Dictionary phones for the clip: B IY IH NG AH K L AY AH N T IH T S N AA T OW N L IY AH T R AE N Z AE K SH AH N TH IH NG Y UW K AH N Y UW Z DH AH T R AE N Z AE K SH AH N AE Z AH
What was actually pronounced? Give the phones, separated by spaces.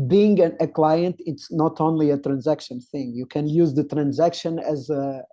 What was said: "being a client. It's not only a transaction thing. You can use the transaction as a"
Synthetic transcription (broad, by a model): B IY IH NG AH K L AY AH N T IH T S N AA T OW N L IY AH T R AE N Z AE K SH AH N TH IH NG Y UW K AH N Y UW Z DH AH T R AE N Z AE K SH AH N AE Z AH